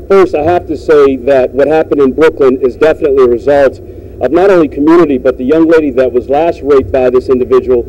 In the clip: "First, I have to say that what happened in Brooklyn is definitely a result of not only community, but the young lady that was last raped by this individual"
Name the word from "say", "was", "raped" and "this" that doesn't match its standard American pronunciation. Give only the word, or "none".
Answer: raped